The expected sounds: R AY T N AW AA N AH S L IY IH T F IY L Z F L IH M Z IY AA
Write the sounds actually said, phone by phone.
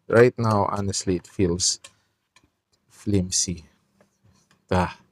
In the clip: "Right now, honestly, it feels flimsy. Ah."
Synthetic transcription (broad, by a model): R AY T N AW AA N AH S L IY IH T F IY L S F L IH M S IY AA